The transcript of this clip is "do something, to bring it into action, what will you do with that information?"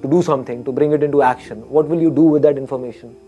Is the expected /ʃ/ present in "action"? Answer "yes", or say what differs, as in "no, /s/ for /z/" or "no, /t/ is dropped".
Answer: yes